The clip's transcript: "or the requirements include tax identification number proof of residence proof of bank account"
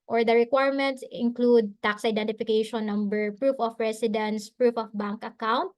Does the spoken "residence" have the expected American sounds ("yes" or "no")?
no